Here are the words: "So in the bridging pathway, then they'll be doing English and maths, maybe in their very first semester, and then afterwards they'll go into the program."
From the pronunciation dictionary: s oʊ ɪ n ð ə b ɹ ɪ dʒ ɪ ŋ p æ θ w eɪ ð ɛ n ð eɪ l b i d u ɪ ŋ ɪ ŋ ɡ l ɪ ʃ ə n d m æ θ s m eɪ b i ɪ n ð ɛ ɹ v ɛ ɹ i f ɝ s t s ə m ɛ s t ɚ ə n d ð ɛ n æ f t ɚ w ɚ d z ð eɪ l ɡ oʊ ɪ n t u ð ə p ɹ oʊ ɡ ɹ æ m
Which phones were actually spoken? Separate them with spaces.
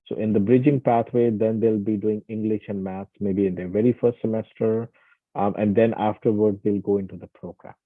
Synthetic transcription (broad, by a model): s oʊ ɪ n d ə b ɹ ɪ dʒ ɪ ŋ p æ t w eɪ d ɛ n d eɪ l b i d u ɪ ŋ ɪ ŋ ɡ l ɪ ʃ ə n d m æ t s m eɪ b i ɪ n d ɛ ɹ v ɛ ɹ i f ɝ s t s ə m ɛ s t ɚ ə n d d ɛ n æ f t ɚ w ɚ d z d eɪ l ɡ oʊ ɪ n t u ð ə p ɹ oʊ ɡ ɹ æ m